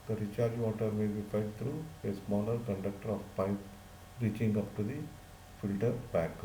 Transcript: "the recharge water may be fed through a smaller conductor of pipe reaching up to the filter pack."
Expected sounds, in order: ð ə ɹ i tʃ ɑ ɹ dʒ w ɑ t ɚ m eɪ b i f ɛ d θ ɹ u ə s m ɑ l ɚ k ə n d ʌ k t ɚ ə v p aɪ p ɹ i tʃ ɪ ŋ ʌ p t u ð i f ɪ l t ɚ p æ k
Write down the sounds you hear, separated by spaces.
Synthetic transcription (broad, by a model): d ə ɹ i tʃ ɑ ɹ dʒ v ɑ t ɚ m eɪ b i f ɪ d t ɹ u ə s m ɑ l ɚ k ə n d ʌ k t ɚ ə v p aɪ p ɹ i tʃ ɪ ŋ ʌ p t u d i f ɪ l t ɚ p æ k